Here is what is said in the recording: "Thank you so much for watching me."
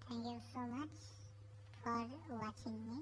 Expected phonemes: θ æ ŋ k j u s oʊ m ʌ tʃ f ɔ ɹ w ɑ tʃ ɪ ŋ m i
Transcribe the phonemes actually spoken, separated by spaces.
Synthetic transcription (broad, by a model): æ ŋ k j u s oʊ m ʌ tʃ f ɔ ɹ w ɑ tʃ ɪ ŋ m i